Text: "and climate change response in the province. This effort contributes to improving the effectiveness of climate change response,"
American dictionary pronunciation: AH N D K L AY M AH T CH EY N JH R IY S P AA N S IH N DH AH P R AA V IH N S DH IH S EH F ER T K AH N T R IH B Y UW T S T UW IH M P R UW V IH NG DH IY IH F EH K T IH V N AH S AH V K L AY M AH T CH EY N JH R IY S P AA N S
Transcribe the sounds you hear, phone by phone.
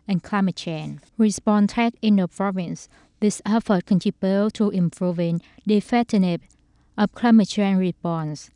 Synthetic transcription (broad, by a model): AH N K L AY M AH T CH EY N R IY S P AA N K IH N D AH P R AA V IH N S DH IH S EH F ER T K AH N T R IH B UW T T UW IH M P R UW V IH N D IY F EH T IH N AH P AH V K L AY M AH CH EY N R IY S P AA N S